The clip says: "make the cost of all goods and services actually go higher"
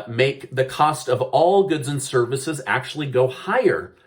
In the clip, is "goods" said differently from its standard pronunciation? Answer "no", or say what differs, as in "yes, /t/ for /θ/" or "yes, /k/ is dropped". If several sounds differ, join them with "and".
no